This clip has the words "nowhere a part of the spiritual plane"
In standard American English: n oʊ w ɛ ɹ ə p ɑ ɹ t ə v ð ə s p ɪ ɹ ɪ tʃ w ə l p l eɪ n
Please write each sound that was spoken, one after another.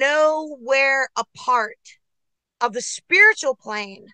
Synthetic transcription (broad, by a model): oʊ w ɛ ɹ ə p ɑ ɹ t ə v ð ə s p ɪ ɹ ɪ tʃ l p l eɪ n